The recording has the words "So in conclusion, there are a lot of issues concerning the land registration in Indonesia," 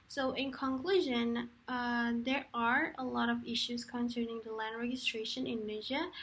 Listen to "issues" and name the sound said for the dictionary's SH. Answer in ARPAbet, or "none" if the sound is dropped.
SH